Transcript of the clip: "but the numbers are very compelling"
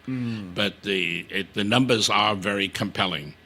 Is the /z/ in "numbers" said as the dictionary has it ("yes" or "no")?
yes